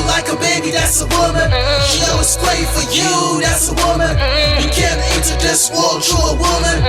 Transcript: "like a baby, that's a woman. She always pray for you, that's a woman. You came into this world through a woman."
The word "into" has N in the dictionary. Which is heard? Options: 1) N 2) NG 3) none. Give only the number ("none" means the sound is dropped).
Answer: 3